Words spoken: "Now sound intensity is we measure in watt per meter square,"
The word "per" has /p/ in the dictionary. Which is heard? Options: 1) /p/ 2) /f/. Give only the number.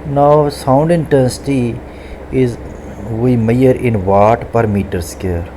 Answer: 1